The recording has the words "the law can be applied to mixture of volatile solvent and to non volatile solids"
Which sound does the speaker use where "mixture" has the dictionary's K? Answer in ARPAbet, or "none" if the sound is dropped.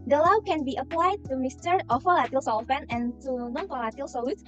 none